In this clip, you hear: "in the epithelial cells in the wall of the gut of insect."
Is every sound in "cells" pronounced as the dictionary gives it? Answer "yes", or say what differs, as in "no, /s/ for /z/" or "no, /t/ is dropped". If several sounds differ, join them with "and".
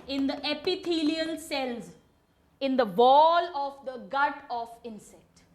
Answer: yes